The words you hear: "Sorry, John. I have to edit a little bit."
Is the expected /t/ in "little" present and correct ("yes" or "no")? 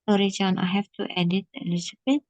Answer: no